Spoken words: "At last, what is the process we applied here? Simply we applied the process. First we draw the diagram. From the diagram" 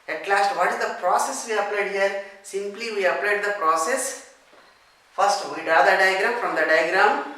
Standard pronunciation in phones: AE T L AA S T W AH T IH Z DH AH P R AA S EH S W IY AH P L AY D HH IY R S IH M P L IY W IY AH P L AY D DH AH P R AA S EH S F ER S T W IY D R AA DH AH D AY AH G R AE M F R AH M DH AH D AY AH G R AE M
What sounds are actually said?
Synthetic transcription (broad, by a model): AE T L AA S T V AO T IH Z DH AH P R AA S EH S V IY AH P L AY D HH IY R S IH M P L IY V IY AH P L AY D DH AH P R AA S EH S F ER S T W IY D AA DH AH D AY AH G R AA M F R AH M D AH D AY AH G R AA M